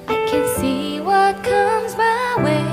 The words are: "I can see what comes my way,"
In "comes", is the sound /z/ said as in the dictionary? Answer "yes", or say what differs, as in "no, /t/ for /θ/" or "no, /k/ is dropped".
yes